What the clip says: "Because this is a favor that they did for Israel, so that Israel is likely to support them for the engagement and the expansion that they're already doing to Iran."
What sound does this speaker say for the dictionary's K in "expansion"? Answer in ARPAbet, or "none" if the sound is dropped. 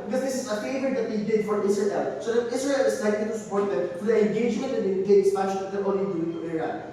none